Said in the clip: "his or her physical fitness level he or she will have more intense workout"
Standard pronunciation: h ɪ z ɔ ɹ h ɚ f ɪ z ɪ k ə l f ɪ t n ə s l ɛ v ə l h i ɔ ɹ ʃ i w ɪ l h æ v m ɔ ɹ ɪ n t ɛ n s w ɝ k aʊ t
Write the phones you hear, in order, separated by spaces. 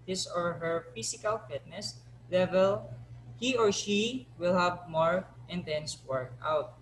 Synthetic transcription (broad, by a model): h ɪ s ɔ ɹ h ɚ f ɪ s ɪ k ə l f ɪ t n ə s l ɛ v ə l h i ɔ ɹ ʃ i w ɪ l h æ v m ɔ ɹ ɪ n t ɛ n s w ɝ k aʊ t